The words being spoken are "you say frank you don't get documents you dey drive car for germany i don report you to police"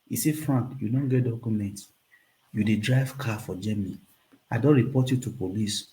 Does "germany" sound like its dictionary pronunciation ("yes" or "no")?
no